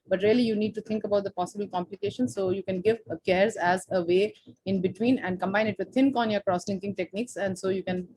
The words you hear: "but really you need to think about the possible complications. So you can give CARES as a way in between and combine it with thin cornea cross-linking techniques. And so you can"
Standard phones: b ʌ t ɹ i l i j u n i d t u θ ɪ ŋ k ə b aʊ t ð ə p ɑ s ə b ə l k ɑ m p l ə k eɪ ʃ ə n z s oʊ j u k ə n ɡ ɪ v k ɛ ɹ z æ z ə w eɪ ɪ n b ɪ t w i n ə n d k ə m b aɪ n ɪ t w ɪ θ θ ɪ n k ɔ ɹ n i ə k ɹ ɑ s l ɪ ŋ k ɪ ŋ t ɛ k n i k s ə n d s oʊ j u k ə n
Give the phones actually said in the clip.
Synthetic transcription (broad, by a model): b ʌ t ɹ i l i j u n i d t u t ɪ ŋ k ə b aʊ t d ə p ɑ s ə b ə l k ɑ m p l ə k eɪ ʃ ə n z s oʊ j u k ə n ɡ ɪ v k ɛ ɹ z æ z ə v eɪ ɪ n b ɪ t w i n ə n d k ə m b aɪ n ɪ t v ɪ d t ɪ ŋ k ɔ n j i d k ɹ ɑ s l ɪ ŋ k ɪ ŋ t ɛ k n i k s ə n d s oʊ j u k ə n